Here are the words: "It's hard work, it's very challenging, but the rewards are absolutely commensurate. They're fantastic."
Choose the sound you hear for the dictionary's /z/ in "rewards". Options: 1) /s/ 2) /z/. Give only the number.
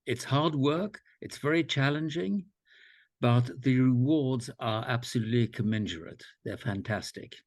2